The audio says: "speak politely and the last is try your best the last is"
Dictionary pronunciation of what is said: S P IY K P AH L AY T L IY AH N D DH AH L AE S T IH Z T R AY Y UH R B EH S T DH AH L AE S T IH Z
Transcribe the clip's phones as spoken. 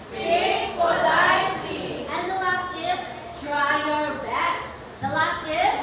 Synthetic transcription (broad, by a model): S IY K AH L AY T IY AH N DH AH L AE S T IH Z T R AY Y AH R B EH T DH AH L AE S T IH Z